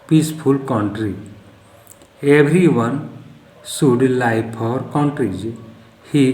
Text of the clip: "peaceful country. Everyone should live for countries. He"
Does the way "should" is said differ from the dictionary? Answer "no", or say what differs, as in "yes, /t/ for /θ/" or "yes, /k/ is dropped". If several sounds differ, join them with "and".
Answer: yes, /s/ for /ʃ/